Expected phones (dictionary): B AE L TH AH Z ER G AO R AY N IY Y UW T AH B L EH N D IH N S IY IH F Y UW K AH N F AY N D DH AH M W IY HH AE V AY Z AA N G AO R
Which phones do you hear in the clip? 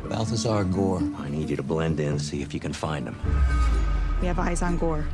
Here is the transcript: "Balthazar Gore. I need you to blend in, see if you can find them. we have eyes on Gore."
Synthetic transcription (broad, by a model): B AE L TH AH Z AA G AO R AY N IY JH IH T AH B L EH N D IH N S IY IH F Y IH K AH N F AY N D DH AH M W IY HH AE V AY Z N G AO R